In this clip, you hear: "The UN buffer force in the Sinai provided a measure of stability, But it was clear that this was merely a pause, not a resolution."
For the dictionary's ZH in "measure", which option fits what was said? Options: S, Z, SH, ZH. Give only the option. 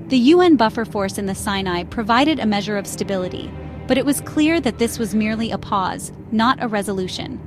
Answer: ZH